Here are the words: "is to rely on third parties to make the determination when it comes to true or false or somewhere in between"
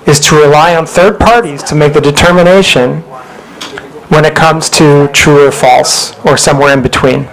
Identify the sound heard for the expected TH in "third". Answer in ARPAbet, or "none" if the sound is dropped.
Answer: TH